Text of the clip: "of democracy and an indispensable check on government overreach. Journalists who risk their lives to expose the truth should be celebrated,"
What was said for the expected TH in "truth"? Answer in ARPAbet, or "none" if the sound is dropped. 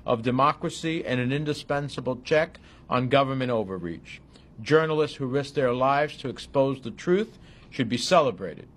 TH